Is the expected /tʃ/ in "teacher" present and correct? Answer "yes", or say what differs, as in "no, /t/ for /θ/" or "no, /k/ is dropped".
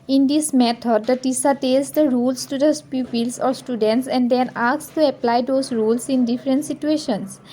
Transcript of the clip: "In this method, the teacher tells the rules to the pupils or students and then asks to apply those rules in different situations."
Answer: no, /s/ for /tʃ/